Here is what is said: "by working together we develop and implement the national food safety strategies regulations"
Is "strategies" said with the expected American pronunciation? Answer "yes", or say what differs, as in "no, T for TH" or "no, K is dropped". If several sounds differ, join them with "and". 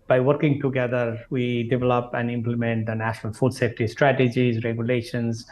yes